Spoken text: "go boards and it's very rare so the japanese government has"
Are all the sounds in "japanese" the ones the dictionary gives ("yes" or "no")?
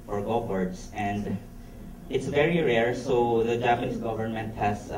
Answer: no